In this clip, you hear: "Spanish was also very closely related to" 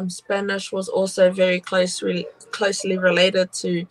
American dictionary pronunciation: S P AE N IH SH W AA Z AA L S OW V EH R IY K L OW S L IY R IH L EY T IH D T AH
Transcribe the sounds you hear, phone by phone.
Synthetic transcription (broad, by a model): S P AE N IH SH W AA Z AA L S OW V EH R IY K L OW S L IY R IH L EY T IH D T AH